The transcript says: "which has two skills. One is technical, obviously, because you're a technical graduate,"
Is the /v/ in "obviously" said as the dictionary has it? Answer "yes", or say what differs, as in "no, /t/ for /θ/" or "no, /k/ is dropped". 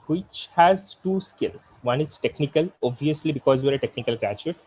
no, /v/ is dropped